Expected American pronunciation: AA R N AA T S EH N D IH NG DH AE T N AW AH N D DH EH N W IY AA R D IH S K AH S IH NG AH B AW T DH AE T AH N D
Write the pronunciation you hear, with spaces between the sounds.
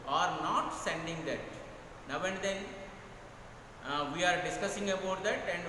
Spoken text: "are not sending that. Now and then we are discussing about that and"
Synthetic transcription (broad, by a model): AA R N AA T S EH N D IH NG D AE T N AW AH N D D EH N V IY AA R D IH S K AH S IH NG AH B AW T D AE T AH N D